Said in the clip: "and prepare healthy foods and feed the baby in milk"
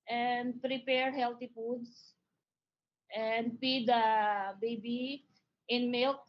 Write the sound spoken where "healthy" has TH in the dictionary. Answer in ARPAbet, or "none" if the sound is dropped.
T